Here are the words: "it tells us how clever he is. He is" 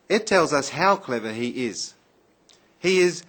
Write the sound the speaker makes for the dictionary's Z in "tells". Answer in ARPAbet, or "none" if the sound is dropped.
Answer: Z